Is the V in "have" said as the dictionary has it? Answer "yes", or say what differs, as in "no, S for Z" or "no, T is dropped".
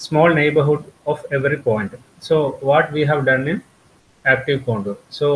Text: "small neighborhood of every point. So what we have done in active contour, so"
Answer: yes